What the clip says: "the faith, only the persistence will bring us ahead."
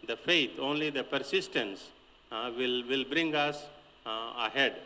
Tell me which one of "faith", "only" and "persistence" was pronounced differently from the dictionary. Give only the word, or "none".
faith